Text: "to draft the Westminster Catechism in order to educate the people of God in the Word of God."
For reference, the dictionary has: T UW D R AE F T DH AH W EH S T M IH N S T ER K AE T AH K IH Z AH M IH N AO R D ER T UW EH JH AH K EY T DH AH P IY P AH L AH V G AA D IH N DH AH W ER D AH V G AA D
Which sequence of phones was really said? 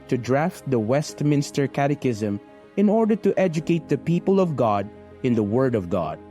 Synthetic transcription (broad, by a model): T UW D R AE F T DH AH W EH S T M IH N S T ER K AE T AH K IH Z AH M IH N AO R D ER T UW EH JH AH K EY T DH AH P IY P AH L AH V G AA D IH N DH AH W ER D AH V G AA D